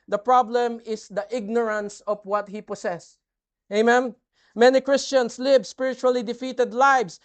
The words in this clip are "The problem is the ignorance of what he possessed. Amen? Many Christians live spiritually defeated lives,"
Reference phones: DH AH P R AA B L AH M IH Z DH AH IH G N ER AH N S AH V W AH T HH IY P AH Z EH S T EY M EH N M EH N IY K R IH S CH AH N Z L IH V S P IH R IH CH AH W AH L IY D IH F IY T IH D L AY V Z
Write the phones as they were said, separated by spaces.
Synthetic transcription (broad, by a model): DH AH P R AA B L AH M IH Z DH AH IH G N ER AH N S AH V W AH T HH IY P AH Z EH S EY M EH N M EH N IY K R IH S CH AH N S L IH V S P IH R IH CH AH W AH L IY D IH F IY T IH D L AY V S